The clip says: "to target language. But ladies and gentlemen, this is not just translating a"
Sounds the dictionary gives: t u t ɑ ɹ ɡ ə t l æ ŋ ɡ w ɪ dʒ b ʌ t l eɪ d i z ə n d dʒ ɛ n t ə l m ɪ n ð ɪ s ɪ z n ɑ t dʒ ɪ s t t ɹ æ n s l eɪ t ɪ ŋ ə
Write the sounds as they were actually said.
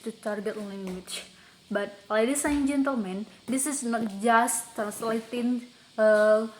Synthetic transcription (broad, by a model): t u t ɑ ɹ ɡ ə t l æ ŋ ɡ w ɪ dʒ b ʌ t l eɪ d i s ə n dʒ ɛ n t ə l m ɪ n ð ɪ s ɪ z n ɑ t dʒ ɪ s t t ɑ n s l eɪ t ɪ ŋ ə